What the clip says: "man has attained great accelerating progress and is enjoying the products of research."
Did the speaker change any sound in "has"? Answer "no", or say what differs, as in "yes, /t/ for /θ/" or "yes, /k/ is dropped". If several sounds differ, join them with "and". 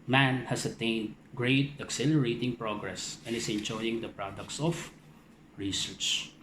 yes, /s/ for /z/